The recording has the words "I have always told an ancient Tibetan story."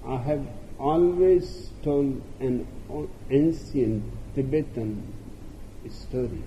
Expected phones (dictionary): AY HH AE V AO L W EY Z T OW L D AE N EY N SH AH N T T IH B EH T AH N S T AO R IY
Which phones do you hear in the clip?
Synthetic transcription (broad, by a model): AY HH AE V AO L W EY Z T OW L D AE N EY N S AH N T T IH B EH T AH N S T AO R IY